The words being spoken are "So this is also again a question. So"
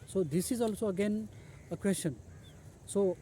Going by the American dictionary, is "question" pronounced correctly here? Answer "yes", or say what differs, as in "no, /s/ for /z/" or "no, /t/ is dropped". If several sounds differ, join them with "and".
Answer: no, /ʃ/ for /tʃ/